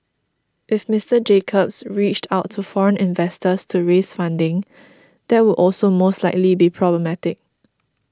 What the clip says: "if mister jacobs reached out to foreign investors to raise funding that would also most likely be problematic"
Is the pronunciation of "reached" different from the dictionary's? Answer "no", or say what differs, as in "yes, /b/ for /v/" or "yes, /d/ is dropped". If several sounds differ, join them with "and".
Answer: no